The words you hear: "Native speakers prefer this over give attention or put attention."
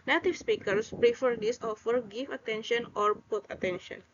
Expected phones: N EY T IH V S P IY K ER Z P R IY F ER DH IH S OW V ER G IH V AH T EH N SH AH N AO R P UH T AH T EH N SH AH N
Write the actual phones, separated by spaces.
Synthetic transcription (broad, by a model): N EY T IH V S P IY K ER S P R IY F ER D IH S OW F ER G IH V AH T EH N SH AH N AO R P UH T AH T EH N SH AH N